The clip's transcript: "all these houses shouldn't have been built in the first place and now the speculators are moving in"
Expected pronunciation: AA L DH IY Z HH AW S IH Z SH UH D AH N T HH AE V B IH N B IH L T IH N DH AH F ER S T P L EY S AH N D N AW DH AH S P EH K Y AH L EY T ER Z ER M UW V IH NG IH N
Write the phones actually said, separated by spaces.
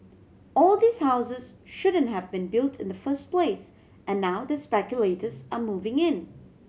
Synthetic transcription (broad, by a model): AA L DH IY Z HH AW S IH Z SH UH D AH N T HH AE V B IH N B IH L T IH N DH AH F ER S T P L EY S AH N N AW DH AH S P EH K Y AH L EY T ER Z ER M UW V IH NG IH N